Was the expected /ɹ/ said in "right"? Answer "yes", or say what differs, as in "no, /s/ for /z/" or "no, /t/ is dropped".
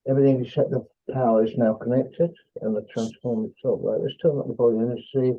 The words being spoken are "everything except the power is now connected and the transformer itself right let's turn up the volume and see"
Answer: no, /l/ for /ɹ/